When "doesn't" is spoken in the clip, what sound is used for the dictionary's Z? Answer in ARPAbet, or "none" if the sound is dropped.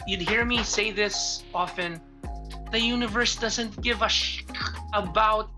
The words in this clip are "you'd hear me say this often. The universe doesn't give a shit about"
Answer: Z